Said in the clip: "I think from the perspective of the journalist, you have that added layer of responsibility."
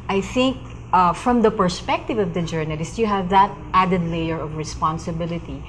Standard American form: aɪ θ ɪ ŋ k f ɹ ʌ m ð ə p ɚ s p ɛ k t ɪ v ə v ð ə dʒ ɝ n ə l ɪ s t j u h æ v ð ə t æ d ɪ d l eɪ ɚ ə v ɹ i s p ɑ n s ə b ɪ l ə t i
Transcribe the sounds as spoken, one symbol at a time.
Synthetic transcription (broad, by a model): aɪ θ ɪ ŋ k f ɹ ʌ m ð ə p ɚ s p ɛ k t ɪ v ə v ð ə dʒ ɝ n ə l ɪ s t j u h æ v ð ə t æ d ɪ d l eɪ ɚ ə v ɹ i s p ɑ n s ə b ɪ l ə t i